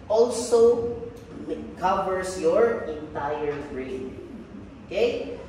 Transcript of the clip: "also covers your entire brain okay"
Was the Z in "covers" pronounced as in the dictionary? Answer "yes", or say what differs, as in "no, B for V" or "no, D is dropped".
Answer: no, S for Z